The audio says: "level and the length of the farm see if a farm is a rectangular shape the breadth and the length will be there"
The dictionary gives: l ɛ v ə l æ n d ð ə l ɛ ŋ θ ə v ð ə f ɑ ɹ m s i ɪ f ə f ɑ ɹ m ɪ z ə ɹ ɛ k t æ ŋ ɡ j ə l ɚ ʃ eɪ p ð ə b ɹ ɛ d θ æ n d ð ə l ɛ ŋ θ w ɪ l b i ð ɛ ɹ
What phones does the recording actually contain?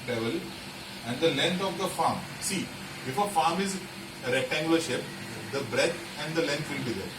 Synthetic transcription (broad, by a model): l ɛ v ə l æ n d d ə l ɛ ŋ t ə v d ə f ɑ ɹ m s i ɪ f ə f ɑ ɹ m ɪ z ə ɹ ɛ t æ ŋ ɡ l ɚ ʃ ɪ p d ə b ɹ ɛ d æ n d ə l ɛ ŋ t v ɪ l b i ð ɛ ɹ